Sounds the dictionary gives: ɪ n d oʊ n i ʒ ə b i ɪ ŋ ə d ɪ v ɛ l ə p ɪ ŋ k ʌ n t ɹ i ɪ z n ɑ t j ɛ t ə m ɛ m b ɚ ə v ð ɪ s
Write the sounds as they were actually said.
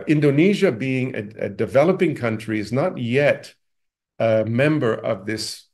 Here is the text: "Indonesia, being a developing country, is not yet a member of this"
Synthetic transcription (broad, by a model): ɪ n d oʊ n i ʒ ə b i ɪ ŋ ə d ɪ v ɛ l ə p ɪ ŋ k ʌ n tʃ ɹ i ɪ z n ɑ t j ɛ t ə m ɛ m b ɚ ə v ð ɪ s